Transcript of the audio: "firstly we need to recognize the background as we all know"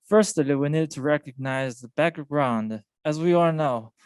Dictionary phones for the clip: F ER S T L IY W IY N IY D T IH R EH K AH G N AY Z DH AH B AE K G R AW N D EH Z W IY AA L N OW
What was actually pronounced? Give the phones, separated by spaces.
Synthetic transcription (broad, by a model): F ER S T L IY W IY N IY D T IH R EH K AH G N AY Z DH AH B AE K G R AW N D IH Z W IY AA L N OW